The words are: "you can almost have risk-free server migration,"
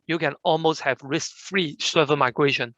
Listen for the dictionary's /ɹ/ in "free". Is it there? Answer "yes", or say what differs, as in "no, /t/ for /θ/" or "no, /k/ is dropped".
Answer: yes